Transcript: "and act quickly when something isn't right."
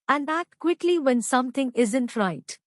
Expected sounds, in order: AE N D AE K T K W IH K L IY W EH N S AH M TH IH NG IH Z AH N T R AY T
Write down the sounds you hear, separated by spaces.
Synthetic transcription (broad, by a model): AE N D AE T K W IH K L IY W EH N S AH M T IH NG IH Z AH N T R AY T